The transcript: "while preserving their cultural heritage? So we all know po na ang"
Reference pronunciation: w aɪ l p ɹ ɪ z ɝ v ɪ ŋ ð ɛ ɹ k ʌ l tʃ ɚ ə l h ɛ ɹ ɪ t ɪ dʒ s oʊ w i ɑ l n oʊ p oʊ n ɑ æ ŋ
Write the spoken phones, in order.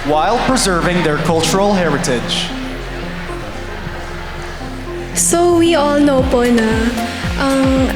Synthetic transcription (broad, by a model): w aɪ l p ɹ ɪ z ɝ v ɪ ŋ ð ɛ ɹ k ʌ l tʃ ɚ ə l h ɛ ɹ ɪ t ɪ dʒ s oʊ w i ɑ l n oʊ p oʊ n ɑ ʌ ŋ